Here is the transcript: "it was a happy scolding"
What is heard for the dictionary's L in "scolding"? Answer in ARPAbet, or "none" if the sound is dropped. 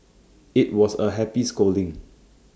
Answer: L